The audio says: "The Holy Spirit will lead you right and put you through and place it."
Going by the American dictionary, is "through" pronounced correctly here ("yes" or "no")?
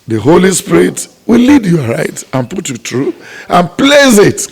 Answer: no